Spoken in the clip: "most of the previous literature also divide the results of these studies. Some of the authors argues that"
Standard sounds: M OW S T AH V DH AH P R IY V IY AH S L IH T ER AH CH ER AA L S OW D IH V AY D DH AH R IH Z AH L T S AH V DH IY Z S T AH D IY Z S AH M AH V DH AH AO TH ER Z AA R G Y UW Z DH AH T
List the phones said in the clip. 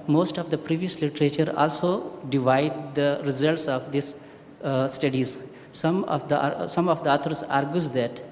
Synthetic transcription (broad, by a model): M OW S T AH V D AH P R IY V IY AH S L IH T ER AH CH ER AA L S OW D IH V AY D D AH R IH Z AH L T S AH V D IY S S T AH D IY Z S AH M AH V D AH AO T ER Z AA R G Y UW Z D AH T